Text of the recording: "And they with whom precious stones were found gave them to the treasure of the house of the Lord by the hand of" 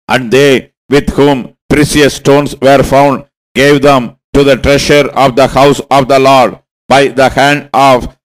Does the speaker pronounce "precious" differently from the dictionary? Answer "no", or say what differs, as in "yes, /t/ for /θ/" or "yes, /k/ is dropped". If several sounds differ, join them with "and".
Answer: yes, /s/ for /ʃ/